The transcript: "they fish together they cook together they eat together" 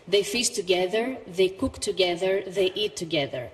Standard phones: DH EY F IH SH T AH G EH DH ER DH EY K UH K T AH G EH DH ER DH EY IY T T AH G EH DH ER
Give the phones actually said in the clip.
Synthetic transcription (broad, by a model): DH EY F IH S T AH G EH DH ER DH EY K UH K T AH G EH DH ER DH EY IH T T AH G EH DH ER